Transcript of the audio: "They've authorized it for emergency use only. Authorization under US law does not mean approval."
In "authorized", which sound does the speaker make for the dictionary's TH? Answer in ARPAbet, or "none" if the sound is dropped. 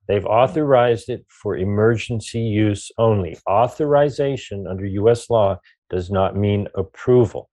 TH